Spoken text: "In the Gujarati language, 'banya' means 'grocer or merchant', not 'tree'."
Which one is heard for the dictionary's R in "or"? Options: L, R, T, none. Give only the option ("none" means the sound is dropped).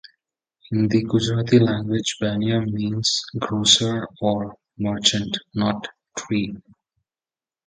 R